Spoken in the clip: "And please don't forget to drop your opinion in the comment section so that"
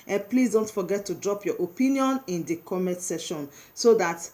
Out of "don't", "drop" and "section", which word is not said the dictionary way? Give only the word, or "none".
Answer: section